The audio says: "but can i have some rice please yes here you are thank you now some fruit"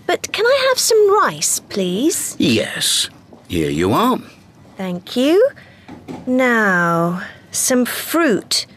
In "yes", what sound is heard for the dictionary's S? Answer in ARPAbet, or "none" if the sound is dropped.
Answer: S